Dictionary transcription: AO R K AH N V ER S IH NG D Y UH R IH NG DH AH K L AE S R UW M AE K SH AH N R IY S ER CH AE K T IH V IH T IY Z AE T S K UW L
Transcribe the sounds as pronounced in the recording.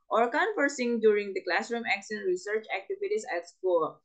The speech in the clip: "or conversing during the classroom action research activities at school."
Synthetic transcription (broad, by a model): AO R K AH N F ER S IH NG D Y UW R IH NG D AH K L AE S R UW M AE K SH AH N R IY S ER CH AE K T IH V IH T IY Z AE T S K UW